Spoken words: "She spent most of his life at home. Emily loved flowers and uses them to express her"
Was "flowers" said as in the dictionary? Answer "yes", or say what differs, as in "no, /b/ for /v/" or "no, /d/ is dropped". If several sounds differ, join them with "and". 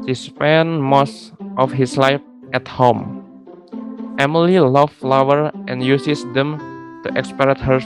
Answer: no, /z/ is dropped